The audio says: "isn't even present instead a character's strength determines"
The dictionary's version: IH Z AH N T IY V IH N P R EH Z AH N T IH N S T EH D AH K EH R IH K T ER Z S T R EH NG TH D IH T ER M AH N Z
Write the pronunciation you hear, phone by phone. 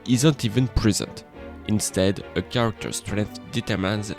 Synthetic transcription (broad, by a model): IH Z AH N T IY V IH N P R EH Z AH N T IH N S T EH D AH K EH R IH K T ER S T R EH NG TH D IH T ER M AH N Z